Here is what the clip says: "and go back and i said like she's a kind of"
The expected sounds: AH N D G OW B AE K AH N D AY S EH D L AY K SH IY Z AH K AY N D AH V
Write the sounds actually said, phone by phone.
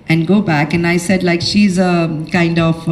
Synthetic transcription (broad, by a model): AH N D G OW B AE K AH N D AY S EH D L AY K SH IY Z AH K AY N D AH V